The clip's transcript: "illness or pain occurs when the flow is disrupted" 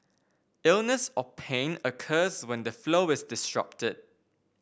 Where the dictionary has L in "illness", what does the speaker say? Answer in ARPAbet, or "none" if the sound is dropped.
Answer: L